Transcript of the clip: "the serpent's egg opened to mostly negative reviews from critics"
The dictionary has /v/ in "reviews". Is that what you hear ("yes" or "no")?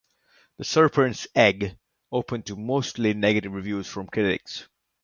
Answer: yes